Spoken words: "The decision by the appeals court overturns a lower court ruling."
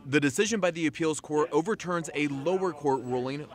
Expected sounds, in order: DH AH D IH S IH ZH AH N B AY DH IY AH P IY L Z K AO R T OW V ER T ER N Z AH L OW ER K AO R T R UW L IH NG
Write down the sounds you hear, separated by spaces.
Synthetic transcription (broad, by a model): DH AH D IH S IH ZH AH N B AY DH IY AH P IY L Z K AO R T OW V ER T ER N Z AH L OW ER K AO R T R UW L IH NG